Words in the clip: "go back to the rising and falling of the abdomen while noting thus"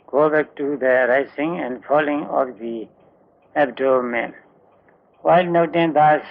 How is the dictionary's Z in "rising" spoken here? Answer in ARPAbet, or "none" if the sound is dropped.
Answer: S